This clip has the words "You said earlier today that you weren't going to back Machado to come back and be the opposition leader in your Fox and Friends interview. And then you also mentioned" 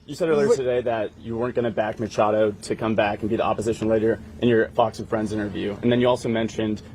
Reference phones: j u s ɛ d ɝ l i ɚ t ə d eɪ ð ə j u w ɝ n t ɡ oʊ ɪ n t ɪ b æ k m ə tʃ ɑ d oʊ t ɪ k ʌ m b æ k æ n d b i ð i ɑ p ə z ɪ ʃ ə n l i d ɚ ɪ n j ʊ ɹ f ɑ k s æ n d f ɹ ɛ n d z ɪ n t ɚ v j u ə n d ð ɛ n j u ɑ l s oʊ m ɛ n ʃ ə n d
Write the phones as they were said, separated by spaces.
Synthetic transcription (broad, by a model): j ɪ s ɛ d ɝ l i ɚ t ə d eɪ ð ə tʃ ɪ w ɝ n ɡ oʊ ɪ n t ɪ b æ k m ə tʃ ɑ d oʊ t ɪ k ʌ m b æ k n b i ð i ɑ p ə z ɪ ʃ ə n l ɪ d ɚ ɪ n j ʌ ɹ f ɑ k s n f ɹ ɛ n d z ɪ n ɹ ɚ v j u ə n ð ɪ n j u ɑ l s oʊ m ɛ n ʃ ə n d